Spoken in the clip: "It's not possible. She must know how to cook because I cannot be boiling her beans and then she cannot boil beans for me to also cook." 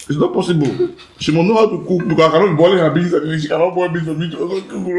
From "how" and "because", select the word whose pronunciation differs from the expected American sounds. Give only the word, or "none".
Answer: because